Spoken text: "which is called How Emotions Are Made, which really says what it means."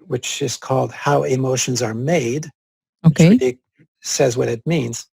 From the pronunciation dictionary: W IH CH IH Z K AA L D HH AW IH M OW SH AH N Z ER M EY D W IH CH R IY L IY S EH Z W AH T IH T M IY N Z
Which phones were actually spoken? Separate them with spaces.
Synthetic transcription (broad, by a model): W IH CH IH Z K AA L D HH AW IH M OW SH AH N Z ER M EY D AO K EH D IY S EH Z W AH T IH T M IY N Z